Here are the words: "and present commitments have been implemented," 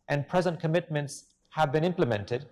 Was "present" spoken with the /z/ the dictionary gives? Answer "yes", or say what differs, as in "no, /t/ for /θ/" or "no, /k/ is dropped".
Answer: yes